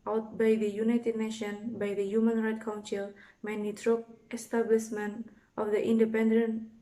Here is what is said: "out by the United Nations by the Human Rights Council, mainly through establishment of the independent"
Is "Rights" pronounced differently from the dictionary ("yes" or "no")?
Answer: yes